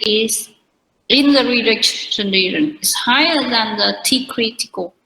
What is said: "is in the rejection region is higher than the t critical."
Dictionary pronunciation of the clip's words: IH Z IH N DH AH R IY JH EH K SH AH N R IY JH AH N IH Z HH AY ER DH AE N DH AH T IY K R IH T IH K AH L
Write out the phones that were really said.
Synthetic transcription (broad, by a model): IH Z IH N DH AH R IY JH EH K S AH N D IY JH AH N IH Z HH AY ER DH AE N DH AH T IY K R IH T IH K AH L